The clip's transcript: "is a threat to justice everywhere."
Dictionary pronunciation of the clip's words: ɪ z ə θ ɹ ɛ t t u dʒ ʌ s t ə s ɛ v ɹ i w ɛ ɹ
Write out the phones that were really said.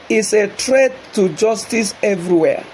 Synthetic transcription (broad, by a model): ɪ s ə t ɹ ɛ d t u dʒ ʌ s t ə s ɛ v ɹ i w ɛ